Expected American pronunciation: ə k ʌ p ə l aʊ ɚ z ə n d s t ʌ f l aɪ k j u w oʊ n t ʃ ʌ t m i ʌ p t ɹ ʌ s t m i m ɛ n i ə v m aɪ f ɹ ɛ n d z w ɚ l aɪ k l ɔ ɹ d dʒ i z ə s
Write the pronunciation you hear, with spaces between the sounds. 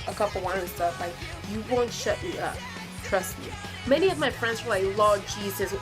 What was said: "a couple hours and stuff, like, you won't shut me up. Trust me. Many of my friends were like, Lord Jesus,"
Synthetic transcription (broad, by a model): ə k ʌ p l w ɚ ə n s t ʌ f l aɪ k j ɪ w oʊ n t ʃ ʌ t m i ʌ p t ɹ ʌ s t m i m ɛ n i ə v m aɪ f ɹ ɛ n d z w ɚ l aɪ k l ɔ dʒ i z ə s